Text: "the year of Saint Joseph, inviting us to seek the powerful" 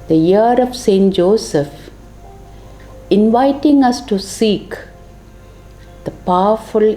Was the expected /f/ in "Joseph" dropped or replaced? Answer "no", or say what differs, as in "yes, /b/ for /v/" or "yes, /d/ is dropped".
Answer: no